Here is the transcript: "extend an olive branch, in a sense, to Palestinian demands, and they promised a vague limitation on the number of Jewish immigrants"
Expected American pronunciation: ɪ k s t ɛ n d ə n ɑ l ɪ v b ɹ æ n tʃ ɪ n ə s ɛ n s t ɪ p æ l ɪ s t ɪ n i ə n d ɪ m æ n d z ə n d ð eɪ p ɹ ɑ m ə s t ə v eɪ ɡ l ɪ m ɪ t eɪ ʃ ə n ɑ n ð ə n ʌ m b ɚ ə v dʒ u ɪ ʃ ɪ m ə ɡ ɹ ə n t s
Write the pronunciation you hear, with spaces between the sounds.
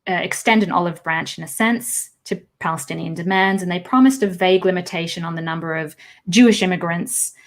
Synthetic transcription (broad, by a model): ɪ k s t ɛ n d ə n ɑ l ɪ v b ɹ æ n tʃ ɪ n ə s ɛ n s t ɪ p æ l ɪ s t ɪ n i ə n d ɪ m æ n d z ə n ð eɪ p ɹ ɑ m ə s t ə v eɪ ɡ l ɪ m ɪ t eɪ ʃ ə n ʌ n ð ə n ʌ m b ɚ ə v dʒ u ɪ ʃ ɪ m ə ɡ ɹ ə n t s